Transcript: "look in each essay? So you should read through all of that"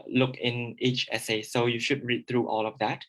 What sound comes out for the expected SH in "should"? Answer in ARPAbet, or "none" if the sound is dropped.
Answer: SH